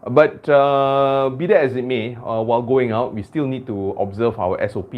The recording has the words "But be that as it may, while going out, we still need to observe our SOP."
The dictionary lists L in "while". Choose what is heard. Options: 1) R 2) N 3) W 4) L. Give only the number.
4